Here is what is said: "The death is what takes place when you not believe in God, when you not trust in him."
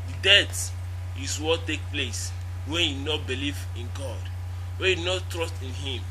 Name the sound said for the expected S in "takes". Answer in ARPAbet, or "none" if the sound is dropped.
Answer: none